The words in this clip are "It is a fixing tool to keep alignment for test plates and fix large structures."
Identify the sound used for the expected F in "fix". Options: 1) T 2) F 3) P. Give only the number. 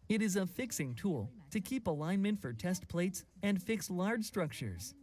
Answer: 2